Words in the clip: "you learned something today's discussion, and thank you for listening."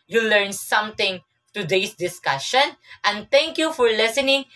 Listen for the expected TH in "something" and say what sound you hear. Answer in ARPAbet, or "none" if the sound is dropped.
T